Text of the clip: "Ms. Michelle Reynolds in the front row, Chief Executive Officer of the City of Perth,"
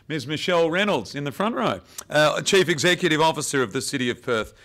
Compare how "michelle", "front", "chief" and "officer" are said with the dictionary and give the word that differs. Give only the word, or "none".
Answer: none